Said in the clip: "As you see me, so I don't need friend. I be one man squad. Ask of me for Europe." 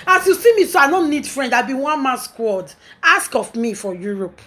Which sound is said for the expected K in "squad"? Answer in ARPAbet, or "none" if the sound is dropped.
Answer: K